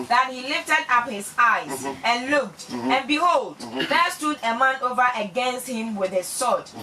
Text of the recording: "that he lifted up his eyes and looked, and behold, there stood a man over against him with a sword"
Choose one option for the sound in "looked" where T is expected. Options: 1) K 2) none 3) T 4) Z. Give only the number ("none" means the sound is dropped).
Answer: 3